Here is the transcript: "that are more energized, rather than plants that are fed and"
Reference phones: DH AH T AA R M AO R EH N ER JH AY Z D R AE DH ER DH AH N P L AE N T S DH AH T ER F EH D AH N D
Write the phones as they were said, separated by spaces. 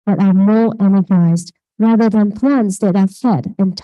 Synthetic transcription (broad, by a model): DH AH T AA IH M AO R EH N ER JH AY Z D R AE DH ER DH AH N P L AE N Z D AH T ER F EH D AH N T